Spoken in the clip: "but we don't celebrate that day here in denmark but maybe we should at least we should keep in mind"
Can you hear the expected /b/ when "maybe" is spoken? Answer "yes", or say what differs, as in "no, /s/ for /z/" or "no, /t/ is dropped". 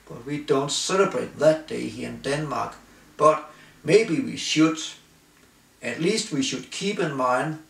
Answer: yes